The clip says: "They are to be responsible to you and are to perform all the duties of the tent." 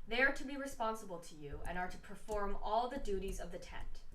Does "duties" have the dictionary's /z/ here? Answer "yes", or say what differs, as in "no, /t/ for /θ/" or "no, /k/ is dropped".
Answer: yes